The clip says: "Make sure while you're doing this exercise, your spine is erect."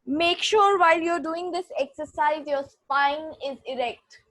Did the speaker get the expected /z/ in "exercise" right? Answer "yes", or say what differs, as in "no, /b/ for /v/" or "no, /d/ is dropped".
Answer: yes